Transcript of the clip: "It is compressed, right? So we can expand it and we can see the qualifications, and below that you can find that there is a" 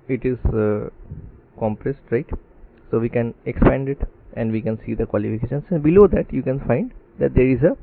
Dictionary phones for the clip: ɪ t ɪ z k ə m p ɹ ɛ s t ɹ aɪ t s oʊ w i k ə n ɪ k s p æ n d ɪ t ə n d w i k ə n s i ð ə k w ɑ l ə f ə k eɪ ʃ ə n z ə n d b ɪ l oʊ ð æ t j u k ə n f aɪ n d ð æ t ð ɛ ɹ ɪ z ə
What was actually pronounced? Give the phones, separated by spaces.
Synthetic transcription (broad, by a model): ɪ t ɪ z k ə m p ɹ ɛ s t ɹ aɪ t s oʊ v i k ə n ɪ k s p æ n d ɪ t ə n d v i k ə n s i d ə k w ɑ l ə f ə k eɪ ʃ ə n s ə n b ɪ l oʊ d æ t j u k ə n f aɪ n d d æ t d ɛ ɹ ɪ z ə